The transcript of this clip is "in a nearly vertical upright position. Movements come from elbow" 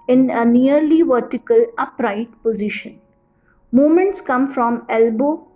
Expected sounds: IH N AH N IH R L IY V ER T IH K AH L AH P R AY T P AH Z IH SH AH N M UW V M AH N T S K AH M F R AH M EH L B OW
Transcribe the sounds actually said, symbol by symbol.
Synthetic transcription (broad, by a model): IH N AH N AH R L IY V ER T IH K AH L AH P R AY T P AH Z IH SH AH N M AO M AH N T S K AH M F R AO M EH L B OW